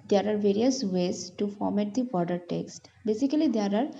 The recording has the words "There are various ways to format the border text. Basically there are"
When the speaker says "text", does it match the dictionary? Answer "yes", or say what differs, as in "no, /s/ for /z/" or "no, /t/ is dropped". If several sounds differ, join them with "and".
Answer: yes